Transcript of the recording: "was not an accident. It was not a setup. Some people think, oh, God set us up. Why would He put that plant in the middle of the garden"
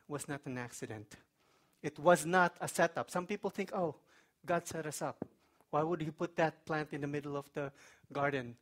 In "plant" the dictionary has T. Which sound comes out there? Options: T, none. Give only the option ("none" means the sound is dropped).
T